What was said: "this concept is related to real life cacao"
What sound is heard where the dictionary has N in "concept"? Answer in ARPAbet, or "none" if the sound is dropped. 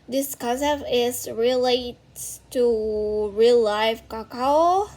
none